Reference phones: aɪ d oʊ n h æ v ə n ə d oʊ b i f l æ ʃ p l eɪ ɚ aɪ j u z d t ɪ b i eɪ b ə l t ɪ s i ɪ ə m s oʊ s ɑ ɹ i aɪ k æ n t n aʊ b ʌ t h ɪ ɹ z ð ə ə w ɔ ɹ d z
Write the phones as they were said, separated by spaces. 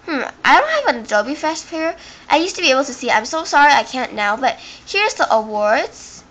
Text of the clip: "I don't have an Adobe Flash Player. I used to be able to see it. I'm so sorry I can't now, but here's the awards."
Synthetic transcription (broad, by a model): aɪ d oʊ n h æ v ə n ə d oʊ b i f æ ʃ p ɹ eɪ aɪ j u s t ɪ b i eɪ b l t ɪ s i ɪ ə m s oʊ s ɑ ɹ i aɪ k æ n n aʊ b ʌ t h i ɹ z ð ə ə w ɔ ɹ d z